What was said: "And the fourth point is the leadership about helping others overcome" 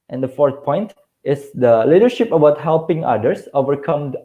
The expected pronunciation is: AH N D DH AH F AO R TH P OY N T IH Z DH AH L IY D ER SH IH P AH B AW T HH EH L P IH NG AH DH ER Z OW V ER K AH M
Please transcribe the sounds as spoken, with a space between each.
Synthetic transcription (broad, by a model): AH N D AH F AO R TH P OY N T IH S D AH L IY D ER SH IH P AH B AW T HH EH L P IH NG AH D ER S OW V ER K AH M